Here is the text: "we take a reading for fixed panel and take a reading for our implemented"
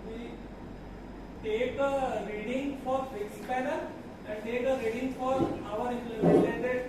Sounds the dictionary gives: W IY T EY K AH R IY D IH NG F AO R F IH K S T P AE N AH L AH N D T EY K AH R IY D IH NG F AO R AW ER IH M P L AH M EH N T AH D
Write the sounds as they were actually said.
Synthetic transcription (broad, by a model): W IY T EY K AH R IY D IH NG F AO R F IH S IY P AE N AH AH N D T EY K AH R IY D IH NG F AO R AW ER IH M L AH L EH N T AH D